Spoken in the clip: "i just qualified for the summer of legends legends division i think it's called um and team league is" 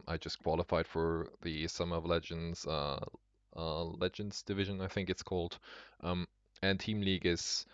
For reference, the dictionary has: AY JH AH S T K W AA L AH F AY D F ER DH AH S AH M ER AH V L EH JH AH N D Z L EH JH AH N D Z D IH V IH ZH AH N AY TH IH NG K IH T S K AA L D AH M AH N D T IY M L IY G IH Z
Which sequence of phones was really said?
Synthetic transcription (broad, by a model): AY JH AH S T K W AA L AH F AY D F ER DH AH S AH M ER AH V L EH JH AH N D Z L EH JH AH N D Z D IH V IH ZH AH N AY TH IH NG K IH T S K AA L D AH M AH N T IY M L IY G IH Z